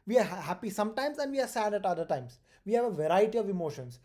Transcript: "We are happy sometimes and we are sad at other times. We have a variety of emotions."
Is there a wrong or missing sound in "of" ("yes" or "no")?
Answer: no